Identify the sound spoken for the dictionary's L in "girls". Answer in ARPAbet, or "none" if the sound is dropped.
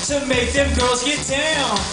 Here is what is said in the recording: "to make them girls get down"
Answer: none